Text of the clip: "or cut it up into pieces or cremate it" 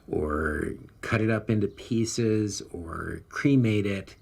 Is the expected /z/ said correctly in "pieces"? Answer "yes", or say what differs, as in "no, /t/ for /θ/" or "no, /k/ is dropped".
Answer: yes